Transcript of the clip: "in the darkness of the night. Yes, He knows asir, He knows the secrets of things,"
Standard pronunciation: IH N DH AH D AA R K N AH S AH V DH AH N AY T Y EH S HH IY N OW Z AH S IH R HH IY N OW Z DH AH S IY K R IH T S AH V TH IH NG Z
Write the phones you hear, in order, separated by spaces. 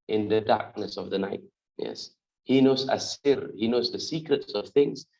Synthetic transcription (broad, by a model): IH N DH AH D AA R K N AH S AH V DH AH N AY T Y EH S HH IY N OW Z AH S IH R HH IY N OW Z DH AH S IY K R IH T S AH V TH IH NG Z